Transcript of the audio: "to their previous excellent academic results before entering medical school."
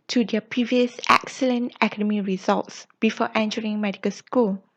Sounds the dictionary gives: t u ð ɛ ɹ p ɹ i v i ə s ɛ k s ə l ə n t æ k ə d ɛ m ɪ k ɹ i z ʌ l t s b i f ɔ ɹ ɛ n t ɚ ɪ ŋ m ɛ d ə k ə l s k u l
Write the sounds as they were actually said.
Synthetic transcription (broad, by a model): t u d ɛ p ɹ i v i ə s ɛ k s ə l ə n t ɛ k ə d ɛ m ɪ ɹ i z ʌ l t s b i f ɔ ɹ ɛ n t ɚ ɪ ŋ m ɛ d ə k ə l s k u l